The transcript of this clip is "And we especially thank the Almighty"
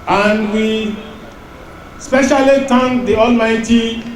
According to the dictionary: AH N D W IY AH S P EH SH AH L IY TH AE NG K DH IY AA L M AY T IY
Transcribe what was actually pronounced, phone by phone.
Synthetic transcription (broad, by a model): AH N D W IY S P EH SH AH L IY T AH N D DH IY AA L M AY T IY